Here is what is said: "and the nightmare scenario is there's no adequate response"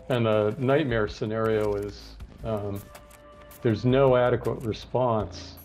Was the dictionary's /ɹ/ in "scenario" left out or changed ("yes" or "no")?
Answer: no